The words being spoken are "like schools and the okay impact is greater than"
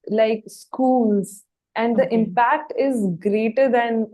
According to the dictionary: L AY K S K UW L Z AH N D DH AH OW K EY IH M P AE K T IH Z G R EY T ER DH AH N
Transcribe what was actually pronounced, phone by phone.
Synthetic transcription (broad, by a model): L AY K S K UW L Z AH N D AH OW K IH M P AE K T IH Z G R EY T ER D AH N